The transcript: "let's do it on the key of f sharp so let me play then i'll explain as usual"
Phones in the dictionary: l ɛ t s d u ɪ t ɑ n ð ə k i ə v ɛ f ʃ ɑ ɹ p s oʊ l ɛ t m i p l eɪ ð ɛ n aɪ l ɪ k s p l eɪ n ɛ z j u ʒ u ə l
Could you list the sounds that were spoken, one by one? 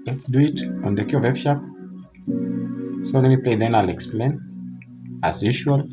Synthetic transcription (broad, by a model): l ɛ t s d u ɪ t ɑ n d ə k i ə v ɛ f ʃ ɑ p s oʊ n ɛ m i p l eɪ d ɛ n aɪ l ɪ k s p l eɪ n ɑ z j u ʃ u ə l